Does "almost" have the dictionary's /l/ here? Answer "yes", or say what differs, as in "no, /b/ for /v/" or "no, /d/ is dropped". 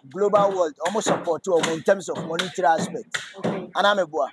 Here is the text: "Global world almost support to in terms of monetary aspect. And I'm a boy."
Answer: no, /l/ is dropped